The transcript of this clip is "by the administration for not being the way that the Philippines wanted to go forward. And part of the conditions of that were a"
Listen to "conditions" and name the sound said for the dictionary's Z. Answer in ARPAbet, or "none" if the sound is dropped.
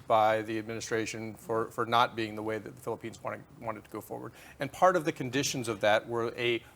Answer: Z